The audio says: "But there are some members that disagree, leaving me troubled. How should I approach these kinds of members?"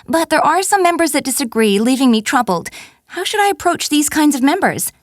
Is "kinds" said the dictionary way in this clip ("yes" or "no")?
yes